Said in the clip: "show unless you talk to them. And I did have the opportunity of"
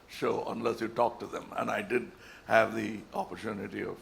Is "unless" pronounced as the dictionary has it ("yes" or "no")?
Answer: yes